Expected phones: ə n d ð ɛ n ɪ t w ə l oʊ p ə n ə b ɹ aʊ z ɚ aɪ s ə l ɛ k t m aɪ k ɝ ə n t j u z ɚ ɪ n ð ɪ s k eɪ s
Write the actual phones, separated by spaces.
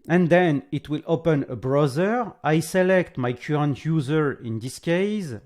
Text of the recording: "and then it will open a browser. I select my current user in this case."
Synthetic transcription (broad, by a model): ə n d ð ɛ n ɪ t w ə l oʊ p ə n ə b ɹ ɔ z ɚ aɪ s ə l ɛ k t m aɪ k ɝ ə n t j u z ɚ ɪ n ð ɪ s k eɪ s